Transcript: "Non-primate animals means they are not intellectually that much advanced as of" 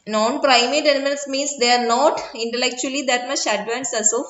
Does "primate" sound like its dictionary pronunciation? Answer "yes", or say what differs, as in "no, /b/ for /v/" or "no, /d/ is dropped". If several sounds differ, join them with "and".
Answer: yes